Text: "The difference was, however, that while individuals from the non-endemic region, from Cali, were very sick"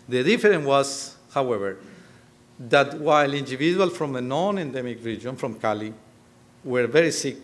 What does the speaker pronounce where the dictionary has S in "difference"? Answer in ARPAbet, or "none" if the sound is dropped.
none